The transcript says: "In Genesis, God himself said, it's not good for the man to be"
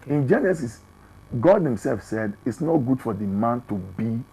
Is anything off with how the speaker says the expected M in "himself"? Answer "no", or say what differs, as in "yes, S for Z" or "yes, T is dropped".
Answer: no